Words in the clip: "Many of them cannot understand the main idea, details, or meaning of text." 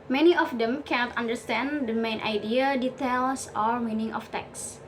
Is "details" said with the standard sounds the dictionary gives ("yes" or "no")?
no